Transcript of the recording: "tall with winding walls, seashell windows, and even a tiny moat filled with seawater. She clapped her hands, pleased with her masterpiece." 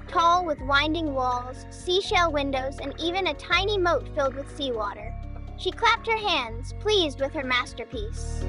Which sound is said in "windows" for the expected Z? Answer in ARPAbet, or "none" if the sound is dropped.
Z